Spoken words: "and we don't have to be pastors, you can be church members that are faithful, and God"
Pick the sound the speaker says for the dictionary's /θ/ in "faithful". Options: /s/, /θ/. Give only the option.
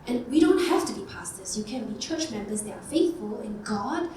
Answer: /θ/